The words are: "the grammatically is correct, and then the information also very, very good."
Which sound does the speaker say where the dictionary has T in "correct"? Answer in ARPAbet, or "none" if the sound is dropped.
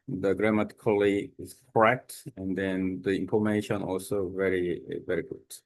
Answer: T